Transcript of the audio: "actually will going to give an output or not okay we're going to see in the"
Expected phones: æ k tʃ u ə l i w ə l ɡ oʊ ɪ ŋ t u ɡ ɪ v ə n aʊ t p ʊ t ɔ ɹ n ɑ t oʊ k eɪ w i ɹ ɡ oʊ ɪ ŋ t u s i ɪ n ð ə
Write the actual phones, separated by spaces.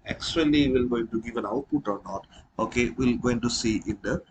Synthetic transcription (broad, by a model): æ k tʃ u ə l i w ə l ɡ oʊ ɪ ŋ t u ɡ ɪ v ə n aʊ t p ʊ t ɔ ɹ n ɑ t oʊ k eɪ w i l ɡ oʊ ɪ ŋ t u s i ɪ n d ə